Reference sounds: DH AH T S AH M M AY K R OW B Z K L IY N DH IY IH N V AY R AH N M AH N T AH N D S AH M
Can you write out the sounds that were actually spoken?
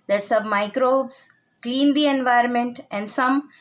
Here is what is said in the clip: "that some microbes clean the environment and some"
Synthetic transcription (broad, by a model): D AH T S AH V M AY K R OW B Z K L IY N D IY IH N V AY R AH N M AH N T AH N D S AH M